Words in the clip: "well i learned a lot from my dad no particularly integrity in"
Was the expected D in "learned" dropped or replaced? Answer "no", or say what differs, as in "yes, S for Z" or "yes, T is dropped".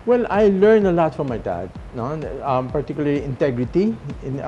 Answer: yes, D is dropped